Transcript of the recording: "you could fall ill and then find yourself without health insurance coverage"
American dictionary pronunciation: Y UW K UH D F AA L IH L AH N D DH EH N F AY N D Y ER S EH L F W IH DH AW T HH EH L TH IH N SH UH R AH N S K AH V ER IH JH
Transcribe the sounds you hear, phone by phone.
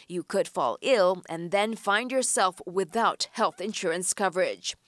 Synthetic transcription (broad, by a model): Y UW K UH D F AA L IH L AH N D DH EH N F AY N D Y ER S EH L F W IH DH AW T HH EH L TH IH N SH UH R AH N S K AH V ER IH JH